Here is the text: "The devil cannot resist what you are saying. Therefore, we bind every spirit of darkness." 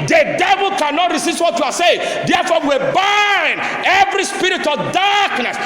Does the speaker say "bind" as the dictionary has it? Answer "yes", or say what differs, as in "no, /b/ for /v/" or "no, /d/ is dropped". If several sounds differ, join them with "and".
no, /d/ is dropped